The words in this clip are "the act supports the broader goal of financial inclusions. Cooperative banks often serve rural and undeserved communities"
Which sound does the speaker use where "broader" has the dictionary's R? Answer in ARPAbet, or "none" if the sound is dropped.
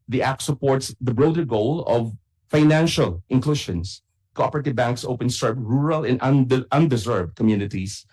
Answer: R